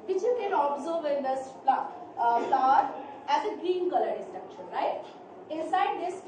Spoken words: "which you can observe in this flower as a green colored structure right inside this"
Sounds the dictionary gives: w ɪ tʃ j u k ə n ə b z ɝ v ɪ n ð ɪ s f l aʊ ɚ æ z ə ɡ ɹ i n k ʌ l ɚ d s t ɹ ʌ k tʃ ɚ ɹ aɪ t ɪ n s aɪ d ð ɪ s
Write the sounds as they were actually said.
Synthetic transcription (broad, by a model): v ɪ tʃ j u k ə n ə b z ɝ v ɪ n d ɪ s p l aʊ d æ z ə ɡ ɹ i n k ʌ l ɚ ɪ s t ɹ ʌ k ʃ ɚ ɹ aɪ t ɪ n s aɪ d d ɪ s